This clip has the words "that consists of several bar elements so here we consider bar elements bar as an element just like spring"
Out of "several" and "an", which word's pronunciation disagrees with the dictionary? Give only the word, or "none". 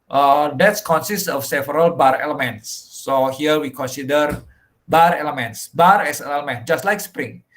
an